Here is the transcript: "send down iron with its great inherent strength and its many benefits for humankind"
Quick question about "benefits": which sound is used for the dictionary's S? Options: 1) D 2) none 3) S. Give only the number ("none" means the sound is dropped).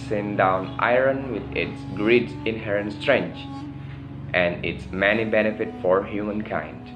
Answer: 2